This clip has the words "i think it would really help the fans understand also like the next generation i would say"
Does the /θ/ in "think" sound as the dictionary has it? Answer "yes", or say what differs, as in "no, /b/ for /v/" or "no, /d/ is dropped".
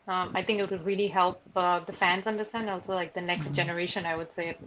yes